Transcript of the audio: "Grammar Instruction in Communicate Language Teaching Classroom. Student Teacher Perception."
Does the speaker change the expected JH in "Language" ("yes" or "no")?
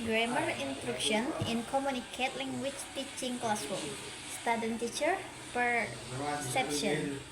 yes